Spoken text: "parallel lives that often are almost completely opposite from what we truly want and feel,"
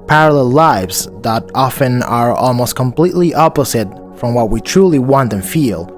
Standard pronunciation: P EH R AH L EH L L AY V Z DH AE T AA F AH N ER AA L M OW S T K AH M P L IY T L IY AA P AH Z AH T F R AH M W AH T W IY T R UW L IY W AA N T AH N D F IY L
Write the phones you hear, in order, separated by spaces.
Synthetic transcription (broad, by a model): P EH R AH L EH L L AY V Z DH AE T AA F AH N ER AA L M OW S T K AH M P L IY T L IY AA P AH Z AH T F R AH M W AH T W IY T R UW L IY W AA N T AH N F IY L